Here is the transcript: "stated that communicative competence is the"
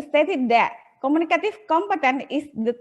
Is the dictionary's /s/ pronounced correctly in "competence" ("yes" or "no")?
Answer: no